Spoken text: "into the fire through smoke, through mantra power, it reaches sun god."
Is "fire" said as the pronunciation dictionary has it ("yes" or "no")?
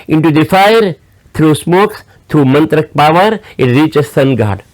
yes